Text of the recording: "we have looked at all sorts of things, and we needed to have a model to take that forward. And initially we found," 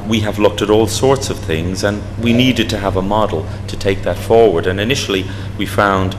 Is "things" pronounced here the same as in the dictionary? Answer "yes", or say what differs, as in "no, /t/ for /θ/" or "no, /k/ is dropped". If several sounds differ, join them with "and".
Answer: yes